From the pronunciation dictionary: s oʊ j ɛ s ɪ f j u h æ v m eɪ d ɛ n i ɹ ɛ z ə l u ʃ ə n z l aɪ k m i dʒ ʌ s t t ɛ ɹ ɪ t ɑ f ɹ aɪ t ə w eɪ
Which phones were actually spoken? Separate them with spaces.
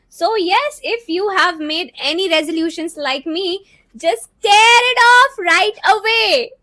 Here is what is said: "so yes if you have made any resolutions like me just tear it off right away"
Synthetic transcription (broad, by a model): s oʊ j ɛ s ɪ f j u h æ v m eɪ d ɛ n i ɹ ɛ z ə l u ʃ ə n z l aɪ k m i dʒ ʌ s t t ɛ ɹ ɪ t ɑ f ɹ aɪ t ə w eɪ